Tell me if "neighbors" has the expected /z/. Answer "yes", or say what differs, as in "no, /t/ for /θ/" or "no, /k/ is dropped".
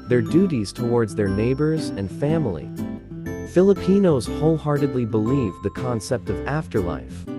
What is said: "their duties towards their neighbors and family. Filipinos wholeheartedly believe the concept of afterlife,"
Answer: yes